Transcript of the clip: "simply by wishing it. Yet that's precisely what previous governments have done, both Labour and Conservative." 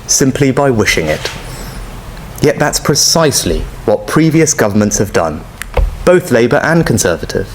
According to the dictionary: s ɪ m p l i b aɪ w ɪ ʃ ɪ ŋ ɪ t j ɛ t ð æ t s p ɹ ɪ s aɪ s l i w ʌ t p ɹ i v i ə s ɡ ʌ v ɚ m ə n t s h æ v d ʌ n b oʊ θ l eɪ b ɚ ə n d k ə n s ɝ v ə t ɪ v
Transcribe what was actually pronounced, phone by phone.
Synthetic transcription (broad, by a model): s ɪ m p l i b aɪ w ɪ ʃ ɪ ŋ ɪ t j ɛ t ð æ t s p ɹ ɪ s aɪ s l i w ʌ t p ɹ i v i ə s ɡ ʌ v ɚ m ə n t s h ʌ v d ʌ n b oʊ θ l eɪ b ɚ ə n k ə n s ɝ v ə t ɪ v